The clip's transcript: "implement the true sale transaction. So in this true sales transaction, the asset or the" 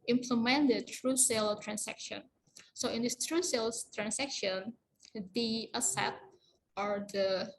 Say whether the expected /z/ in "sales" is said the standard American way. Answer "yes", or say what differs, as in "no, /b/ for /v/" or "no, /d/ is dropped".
no, /z/ is dropped